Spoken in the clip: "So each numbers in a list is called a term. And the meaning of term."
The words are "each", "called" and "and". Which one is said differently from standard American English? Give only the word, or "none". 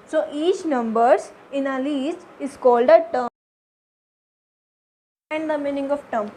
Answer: none